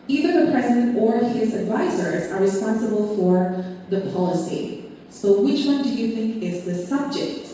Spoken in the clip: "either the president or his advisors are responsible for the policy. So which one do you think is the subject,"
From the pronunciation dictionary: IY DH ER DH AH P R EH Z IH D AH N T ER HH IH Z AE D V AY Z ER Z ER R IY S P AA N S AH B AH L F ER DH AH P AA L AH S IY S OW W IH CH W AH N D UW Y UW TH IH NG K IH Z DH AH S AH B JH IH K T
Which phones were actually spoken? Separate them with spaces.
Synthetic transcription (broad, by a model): IY DH ER DH AH P R EH Z IH D AH N T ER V IH Z AE D V AY Z ER Z ER R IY S P AA N S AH B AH L F ER DH AH P AA L AH S IY S OW W IH CH W AH N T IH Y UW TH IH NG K IH Z DH AH S AH B JH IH K T